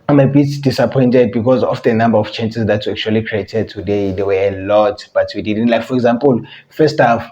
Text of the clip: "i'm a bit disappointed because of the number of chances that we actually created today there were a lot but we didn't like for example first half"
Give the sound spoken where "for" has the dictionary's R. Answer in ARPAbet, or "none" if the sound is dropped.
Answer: R